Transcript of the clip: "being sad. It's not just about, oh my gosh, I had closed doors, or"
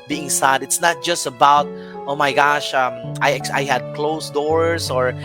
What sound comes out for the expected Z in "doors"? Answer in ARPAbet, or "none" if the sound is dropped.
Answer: S